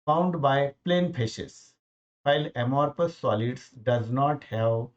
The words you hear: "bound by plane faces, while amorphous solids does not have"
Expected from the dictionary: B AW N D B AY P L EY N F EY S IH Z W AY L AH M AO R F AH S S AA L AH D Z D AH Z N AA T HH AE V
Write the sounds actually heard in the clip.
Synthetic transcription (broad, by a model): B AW N D B AY P L EY N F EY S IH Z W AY L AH M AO R P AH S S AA L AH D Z D AH Z N AA T HH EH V